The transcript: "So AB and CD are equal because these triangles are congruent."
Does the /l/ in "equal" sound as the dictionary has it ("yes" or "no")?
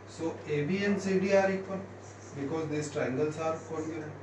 no